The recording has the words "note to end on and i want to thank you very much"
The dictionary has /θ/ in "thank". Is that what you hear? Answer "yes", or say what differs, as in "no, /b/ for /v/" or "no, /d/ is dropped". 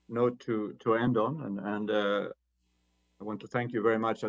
yes